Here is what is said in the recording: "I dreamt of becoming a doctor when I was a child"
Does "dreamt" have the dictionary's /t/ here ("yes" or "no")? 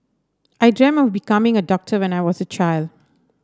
no